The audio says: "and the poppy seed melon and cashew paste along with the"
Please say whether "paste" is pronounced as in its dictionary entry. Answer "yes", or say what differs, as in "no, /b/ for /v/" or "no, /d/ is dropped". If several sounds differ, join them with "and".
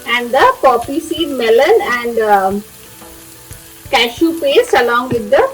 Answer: no, /t/ is dropped